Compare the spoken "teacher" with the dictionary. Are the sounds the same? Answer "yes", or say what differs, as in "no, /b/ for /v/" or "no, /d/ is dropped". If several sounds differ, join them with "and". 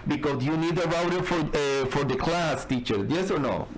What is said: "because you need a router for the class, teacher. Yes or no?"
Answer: yes